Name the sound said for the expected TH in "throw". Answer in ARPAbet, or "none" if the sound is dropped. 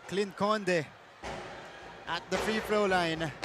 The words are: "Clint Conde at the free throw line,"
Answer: F